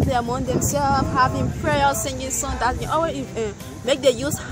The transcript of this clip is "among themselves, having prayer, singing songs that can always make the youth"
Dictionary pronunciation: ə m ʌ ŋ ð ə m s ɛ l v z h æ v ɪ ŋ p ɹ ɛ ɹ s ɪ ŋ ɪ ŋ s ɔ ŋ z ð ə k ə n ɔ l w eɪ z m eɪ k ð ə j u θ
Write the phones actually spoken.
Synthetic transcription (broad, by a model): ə m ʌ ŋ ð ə m s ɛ l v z h æ v ɪ ŋ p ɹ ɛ l s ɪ ŋ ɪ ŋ s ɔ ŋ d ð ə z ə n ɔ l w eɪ m eɪ k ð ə j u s